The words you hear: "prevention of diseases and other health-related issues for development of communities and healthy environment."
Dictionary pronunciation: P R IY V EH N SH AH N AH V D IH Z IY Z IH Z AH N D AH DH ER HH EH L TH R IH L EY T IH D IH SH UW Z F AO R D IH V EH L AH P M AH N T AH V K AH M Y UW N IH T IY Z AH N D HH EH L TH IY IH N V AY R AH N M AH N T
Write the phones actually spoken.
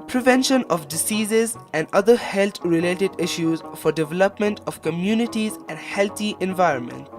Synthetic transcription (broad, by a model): P R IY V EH N SH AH N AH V D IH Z IY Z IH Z AH N D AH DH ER HH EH L T R IH L EY T IH D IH SH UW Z F AO R D IH V EH L AH P M AH N T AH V K AH M Y UW N IH T IY Z AH N D HH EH L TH IY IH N V AY R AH N M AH N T